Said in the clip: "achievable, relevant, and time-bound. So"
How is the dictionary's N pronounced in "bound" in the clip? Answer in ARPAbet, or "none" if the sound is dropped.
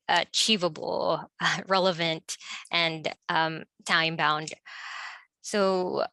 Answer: N